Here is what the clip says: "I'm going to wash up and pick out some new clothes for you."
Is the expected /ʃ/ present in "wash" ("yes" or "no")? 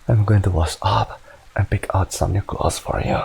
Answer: no